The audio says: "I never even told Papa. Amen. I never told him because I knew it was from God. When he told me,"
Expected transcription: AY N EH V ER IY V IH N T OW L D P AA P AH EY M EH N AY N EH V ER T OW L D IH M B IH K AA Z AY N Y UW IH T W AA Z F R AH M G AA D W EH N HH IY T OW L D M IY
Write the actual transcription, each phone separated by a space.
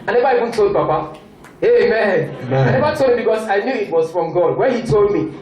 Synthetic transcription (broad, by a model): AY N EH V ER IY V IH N T OW L D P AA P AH EY M EH N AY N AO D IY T OW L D IH M B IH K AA S AY N Y UW IH T W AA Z F R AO M G AA D W EH N HH IY T OW L D M IY